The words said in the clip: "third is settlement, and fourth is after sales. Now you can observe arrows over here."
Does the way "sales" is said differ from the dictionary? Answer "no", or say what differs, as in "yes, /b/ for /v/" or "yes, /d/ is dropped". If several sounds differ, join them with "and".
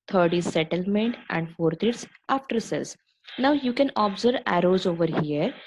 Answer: yes, /l/ is dropped